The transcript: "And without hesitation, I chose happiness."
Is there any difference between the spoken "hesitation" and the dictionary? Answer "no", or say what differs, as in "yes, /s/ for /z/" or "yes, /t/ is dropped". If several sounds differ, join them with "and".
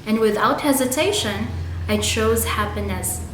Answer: no